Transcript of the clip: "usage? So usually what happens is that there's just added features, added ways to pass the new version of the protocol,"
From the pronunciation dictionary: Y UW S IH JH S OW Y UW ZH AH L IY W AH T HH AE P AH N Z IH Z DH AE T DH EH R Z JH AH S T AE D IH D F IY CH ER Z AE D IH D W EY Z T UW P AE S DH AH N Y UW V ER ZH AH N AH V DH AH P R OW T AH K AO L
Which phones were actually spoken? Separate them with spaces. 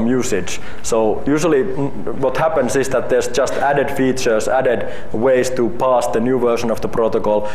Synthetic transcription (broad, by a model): Y UW S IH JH S OW Y UW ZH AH L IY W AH T HH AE P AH N S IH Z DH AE T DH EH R S JH AH S T AE D IH D F IY CH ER S AE D IH D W EY S T UW P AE S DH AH N Y UW V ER SH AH N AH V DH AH P R OW T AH K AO L